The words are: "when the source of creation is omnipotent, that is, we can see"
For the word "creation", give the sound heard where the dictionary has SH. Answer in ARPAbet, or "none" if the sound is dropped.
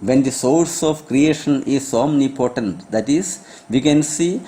SH